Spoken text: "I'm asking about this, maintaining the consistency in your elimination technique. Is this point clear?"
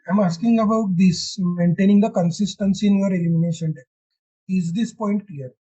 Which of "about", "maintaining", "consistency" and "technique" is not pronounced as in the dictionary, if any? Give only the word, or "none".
technique